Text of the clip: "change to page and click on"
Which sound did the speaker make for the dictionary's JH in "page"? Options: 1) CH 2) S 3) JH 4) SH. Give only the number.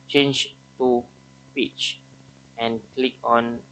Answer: 1